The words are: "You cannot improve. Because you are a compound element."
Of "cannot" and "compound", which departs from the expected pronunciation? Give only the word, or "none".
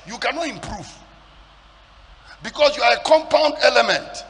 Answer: none